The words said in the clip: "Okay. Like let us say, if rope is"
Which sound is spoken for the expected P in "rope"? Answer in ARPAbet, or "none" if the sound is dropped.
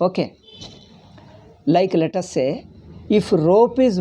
P